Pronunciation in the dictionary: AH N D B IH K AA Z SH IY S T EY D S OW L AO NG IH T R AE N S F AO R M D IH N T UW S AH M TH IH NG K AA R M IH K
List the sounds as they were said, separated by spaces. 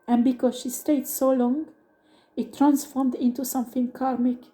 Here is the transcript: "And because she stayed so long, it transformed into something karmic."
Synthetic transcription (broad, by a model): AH N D B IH K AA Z SH IY S T EY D S OW L AO NG IH T R AE N S F AO R M D IH N T UW S AH M TH IH NG K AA R M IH K